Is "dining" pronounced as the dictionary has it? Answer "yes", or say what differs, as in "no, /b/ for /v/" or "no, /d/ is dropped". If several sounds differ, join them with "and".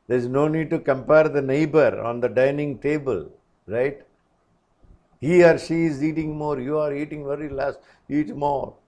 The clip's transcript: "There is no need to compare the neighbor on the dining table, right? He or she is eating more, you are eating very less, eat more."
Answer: yes